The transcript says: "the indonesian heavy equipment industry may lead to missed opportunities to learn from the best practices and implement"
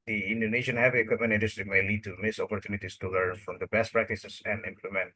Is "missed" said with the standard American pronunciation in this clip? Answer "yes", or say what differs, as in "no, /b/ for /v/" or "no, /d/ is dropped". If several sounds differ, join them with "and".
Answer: no, /t/ is dropped